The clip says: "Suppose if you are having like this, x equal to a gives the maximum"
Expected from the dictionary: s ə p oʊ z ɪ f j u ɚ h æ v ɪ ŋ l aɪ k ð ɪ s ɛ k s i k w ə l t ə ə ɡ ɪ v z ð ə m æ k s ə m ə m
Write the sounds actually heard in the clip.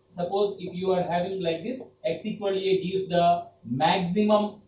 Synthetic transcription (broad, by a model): s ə p oʊ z ɪ f j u ɚ h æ v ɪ ŋ l aɪ k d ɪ s ɛ k s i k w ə n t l ə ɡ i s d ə m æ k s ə m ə m